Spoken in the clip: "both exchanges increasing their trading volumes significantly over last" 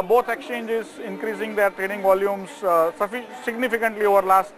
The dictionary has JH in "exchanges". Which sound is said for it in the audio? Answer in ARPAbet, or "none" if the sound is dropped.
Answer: JH